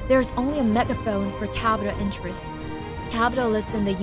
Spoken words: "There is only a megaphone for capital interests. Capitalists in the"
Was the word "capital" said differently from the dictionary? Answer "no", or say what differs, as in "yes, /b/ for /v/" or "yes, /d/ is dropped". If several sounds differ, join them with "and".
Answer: yes, /b/ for /p/